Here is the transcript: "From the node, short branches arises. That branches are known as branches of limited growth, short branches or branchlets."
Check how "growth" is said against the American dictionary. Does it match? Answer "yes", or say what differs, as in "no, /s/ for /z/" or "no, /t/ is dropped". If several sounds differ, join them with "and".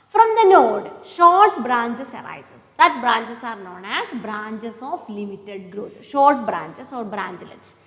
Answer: no, /t/ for /θ/